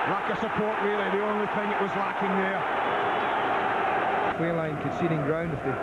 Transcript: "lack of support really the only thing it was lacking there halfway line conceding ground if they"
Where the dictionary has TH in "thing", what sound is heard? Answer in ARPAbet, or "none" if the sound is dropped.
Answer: TH